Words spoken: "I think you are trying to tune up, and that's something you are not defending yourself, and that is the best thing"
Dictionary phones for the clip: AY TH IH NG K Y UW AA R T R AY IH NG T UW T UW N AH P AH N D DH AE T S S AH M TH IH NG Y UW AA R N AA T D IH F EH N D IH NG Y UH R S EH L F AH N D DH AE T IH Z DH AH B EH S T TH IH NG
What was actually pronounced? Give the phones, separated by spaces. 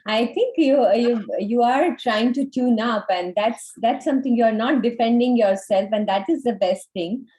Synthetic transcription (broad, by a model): AY T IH NG K Y UW AA R T R AY IH NG T UW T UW N AH P AH N D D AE T S S AH M T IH NG Y UW AA R N AA T D IH F EH N D IH NG Y UH R S EH L F AH N D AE T IH Z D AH B EH S T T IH NG